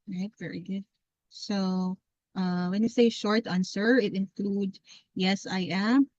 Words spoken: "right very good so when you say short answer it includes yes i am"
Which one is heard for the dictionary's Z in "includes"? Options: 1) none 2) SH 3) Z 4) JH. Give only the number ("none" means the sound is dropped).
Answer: 1